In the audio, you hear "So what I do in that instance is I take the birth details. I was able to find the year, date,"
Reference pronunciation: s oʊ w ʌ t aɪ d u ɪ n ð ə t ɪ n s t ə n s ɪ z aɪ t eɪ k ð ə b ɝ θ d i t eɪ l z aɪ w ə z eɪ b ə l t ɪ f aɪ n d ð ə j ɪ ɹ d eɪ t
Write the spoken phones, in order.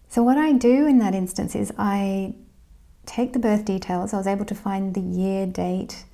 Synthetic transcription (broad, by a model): s oʊ w ʌ t aɪ d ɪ ɪ n ð ə t ɪ n s t ə n s ɪ z aɪ t eɪ k ð ə b ɝ θ d i t eɪ l z aɪ w ə z eɪ b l t ɪ f aɪ n ð ə j ɪ ɹ d eɪ t